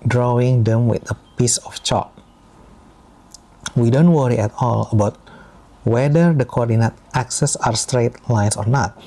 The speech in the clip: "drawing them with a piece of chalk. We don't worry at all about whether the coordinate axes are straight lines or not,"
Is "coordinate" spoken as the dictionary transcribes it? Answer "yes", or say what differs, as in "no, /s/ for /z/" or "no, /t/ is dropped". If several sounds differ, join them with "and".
yes